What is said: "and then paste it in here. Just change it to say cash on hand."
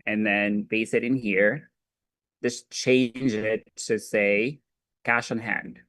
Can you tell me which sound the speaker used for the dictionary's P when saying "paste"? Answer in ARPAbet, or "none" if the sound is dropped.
B